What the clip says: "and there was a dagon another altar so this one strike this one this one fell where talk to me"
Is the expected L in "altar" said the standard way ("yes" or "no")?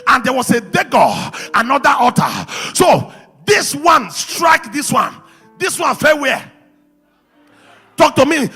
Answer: no